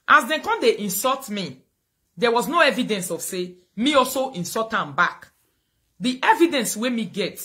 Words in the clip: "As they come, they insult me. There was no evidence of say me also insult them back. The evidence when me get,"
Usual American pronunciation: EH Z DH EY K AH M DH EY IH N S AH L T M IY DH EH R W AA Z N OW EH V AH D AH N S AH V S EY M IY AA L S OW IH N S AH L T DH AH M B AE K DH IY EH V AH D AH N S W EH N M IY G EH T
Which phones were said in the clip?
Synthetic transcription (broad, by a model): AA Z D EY K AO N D EY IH N S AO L T M IY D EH W AA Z N OW EH V AH D AH N S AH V S EY M IY AA L S OW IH N S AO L T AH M B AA K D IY EH V AH D AH N S W EH M IY G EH T